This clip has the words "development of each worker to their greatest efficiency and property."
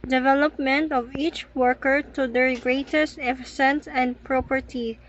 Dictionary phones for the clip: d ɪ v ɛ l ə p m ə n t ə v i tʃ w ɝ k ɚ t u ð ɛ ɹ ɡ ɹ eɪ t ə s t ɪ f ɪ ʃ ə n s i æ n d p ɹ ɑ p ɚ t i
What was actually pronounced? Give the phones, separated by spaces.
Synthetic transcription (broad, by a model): d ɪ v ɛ l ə p m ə n t ə v i tʃ w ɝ k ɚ t u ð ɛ ɹ ɡ ɹ eɪ t ə s t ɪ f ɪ s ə n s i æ n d p ɹ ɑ p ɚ t i